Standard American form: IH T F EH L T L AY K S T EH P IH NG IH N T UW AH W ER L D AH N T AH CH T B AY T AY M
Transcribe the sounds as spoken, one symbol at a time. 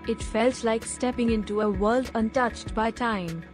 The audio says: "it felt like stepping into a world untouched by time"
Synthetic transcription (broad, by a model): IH T F EH L T L AY K S T EH P IH NG IH N T UW AH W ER L D AH N T AH CH T B AY T AY M